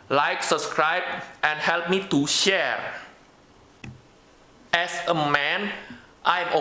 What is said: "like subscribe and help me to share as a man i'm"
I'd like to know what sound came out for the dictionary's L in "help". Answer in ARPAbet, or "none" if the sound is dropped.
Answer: L